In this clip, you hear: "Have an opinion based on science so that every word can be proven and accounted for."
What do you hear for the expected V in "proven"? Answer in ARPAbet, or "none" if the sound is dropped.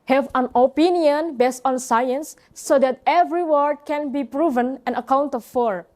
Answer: V